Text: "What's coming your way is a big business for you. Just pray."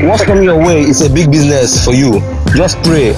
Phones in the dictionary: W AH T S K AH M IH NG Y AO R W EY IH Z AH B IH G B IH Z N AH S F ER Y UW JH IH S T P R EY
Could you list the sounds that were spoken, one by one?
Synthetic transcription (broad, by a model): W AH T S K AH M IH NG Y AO W EY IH S AH B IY G B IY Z N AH S F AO Y UW JH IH S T P R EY